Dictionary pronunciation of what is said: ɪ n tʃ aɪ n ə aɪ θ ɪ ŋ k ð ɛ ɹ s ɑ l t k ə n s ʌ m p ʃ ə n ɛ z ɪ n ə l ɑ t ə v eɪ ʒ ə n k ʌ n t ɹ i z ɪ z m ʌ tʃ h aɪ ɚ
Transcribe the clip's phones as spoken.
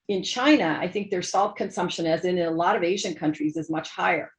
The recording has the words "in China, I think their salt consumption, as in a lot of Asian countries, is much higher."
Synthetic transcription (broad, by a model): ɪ n tʃ aɪ n ə aɪ θ ɪ ŋ k ð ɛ ɹ s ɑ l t k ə n s ʌ m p ʃ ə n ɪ z ɪ n ə l ɑ t ə v eɪ ʒ ə n k ʌ n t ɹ i z ɪ z m ʌ tʃ h aɪ ɚ